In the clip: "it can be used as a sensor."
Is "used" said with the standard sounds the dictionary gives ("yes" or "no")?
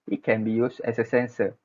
no